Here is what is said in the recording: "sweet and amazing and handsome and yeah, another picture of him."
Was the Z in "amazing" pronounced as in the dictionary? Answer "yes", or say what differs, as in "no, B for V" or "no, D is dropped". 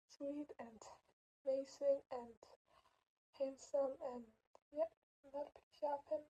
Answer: no, S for Z